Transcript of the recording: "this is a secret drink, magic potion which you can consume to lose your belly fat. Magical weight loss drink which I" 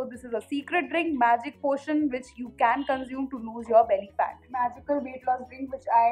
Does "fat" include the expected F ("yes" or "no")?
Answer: no